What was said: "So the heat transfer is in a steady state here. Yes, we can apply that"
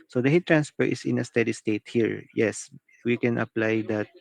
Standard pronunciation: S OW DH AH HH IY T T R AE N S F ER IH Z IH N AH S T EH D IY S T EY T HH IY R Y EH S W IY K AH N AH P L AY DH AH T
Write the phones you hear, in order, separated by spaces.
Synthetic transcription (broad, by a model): S OW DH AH HH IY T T R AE N S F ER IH S IH N AH S T EH D IY S T EY T HH IY R Y EH S W IY K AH N AH P L AY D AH T